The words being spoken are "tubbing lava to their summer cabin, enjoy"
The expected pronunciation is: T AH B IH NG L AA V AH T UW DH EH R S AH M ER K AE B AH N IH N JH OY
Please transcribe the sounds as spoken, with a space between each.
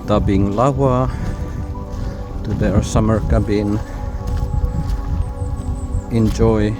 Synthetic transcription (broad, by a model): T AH B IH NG L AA W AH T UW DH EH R S AH M ER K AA B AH N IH N JH OY